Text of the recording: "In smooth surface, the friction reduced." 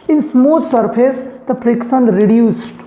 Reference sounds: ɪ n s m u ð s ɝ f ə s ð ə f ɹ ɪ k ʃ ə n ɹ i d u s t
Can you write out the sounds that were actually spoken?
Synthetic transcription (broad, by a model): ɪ n s m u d s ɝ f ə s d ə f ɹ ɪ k s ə n ɹ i d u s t